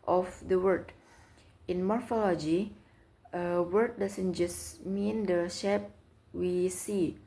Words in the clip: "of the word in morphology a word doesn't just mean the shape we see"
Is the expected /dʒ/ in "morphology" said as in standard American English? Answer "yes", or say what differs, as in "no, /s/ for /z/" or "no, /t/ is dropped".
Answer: yes